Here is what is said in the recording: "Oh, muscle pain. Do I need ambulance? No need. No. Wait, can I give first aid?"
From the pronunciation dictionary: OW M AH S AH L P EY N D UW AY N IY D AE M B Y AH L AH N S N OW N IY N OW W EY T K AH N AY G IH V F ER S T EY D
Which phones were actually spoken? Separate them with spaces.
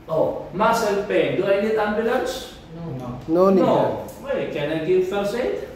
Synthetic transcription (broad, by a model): OW M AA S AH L P EY N D UW AY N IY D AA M B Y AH L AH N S N OW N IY N OW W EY K AH N AY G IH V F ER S EY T